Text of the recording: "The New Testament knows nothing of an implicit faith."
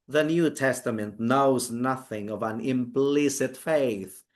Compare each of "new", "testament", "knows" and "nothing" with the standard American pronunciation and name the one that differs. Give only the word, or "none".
none